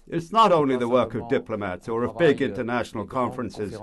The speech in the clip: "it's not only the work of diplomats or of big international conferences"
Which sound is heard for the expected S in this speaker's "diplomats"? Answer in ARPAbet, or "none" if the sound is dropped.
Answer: S